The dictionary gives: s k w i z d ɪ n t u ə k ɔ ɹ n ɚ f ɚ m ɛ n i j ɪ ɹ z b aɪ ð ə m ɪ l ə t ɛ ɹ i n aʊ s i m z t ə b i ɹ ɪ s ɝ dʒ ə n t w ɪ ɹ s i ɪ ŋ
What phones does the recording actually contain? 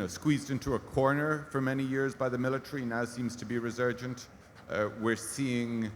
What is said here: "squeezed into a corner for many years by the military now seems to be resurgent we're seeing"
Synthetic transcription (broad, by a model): s k w i z d ɪ n t u ə k ɔ ɹ n ɚ f ɚ m ɛ n i j ɪ ɹ z b aɪ ð ə m ɪ l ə t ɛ ɹ i n aʊ s i m z t ə b i ɹ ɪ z ɝ dʒ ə n t w ɪ ɹ s i ɪ ŋ